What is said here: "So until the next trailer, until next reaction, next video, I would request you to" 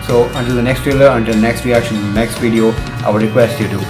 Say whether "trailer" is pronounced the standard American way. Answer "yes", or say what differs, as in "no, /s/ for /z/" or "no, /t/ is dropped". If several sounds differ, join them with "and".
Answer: yes